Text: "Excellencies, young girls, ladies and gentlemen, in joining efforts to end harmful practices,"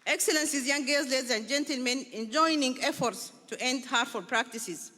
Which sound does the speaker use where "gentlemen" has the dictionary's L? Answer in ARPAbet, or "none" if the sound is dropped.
L